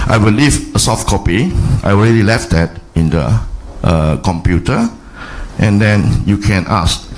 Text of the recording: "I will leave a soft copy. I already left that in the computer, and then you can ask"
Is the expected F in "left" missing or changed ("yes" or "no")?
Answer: no